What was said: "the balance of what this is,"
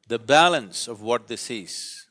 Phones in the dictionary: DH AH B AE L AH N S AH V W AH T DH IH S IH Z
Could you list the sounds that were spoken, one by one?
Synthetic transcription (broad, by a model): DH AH B AE L AH N S AH V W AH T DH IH S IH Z